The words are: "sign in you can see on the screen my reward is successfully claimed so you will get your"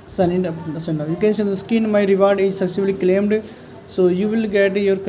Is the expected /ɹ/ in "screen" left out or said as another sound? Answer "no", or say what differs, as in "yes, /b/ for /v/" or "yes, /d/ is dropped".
yes, /ɹ/ is dropped